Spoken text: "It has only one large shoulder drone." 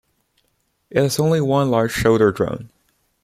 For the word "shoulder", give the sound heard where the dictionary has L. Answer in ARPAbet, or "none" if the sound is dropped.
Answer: none